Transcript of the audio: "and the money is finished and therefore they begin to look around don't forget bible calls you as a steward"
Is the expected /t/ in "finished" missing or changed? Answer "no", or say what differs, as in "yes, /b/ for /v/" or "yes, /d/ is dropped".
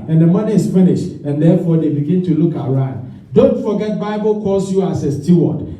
no